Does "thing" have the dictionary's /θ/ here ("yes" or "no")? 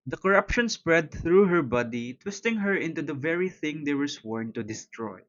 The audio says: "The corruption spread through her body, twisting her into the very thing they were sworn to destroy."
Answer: yes